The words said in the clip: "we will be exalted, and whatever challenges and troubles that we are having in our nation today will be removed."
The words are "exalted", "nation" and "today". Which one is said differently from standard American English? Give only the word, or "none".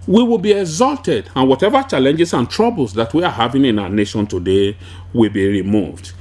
none